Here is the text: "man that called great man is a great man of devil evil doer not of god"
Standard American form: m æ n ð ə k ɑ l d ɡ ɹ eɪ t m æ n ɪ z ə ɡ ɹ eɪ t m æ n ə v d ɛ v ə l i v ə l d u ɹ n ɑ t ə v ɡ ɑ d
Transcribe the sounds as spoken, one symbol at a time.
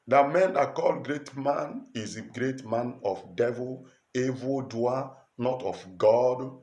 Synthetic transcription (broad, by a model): m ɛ n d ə k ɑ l ɡ ɹ eɪ t m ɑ n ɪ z ə ɡ ɹ eɪ t m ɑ n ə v d ɛ v ə l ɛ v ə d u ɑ n ɑ t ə f ɡ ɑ d